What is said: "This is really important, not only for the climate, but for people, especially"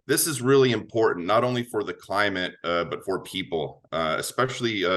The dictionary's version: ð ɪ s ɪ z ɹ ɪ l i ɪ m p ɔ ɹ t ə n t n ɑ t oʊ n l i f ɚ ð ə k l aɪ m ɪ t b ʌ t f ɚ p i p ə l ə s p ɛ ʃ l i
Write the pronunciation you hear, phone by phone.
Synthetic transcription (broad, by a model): ð ɪ s ɪ z ɹ ɪ l i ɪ m p ɔ ɹ t n n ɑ t oʊ n l i f ɚ ð ə k l aɪ m ɪ t b ʌ t f ɚ p i p l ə s p ɛ ʃ l i